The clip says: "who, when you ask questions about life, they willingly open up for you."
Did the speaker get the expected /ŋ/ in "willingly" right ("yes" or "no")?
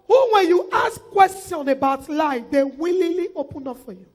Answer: no